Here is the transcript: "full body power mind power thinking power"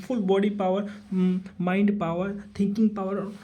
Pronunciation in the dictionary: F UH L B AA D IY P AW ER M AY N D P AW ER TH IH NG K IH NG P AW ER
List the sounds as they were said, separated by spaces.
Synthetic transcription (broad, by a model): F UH L B AA D IY P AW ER M AY N D P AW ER T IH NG K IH NG P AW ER